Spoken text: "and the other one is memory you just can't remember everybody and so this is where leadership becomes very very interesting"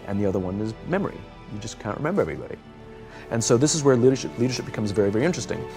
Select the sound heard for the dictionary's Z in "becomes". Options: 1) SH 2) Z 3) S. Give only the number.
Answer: 2